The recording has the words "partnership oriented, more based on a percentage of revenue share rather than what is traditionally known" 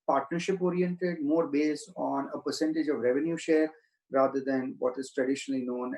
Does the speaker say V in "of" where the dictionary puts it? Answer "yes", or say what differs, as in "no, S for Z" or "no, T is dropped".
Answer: yes